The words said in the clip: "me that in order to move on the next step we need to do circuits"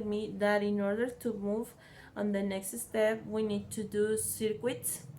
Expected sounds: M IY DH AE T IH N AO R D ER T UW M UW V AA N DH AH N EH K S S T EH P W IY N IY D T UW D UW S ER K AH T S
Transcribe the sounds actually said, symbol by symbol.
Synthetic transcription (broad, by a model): M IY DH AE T IH N AO R D ER T UW M UW V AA N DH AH N EH K S S T EH P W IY N IY D T UW D UW S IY K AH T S